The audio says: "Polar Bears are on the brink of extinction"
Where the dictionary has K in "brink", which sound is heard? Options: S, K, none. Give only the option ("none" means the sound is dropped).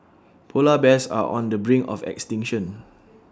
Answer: none